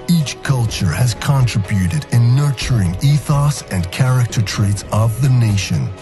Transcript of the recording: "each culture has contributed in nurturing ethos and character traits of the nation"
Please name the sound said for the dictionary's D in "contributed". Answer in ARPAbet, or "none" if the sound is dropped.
D